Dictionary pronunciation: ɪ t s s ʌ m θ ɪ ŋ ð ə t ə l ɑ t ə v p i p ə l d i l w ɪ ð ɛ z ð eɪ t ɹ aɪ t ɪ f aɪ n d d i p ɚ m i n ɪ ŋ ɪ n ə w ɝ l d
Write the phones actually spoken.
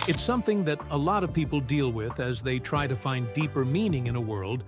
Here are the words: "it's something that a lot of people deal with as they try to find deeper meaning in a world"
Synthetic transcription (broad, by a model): ɪ t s s ʌ m θ ɪ ŋ ð ə t ə l ɑ t ə v p i p l d i l w ɪ ð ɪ z ð eɪ t ɹ aɪ t ɪ f aɪ n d d i p ɚ m i n ɪ ŋ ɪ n ə w ɝ l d